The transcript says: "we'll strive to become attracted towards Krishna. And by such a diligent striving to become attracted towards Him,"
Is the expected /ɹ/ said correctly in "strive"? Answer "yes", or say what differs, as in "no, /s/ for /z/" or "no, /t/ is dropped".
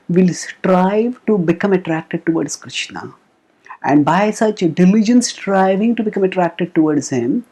yes